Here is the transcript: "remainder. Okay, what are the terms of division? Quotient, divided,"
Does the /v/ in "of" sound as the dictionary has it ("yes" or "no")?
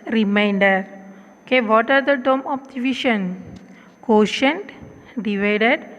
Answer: no